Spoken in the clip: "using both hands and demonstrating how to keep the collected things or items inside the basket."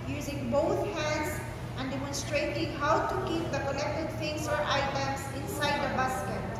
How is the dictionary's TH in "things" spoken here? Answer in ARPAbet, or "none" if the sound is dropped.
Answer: F